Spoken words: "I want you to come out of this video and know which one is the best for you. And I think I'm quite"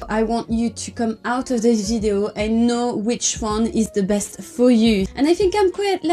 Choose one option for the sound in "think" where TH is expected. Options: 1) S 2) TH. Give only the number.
2